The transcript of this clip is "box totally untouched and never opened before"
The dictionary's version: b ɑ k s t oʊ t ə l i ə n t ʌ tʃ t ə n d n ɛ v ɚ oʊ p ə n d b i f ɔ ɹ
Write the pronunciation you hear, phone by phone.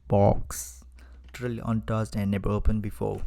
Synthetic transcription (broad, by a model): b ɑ k s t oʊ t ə l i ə n t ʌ s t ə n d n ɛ b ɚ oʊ p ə n b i f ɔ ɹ